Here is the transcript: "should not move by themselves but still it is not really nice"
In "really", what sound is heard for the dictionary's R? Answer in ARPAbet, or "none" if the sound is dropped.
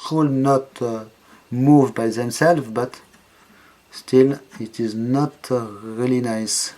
R